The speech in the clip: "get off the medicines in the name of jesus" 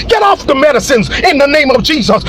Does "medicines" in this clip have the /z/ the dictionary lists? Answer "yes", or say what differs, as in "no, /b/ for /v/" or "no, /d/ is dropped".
yes